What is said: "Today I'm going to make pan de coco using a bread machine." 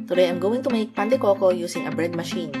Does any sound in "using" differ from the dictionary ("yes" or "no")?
yes